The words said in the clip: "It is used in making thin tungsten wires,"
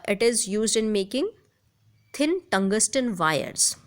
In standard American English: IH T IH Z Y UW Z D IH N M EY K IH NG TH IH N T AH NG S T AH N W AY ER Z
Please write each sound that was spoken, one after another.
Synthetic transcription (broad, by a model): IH T IH Z Y UW Z D IH N M EY K IH NG T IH N T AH NG S T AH N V AY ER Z